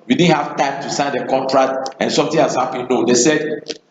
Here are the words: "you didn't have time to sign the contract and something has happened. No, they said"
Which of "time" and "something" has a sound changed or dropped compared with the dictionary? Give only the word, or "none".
something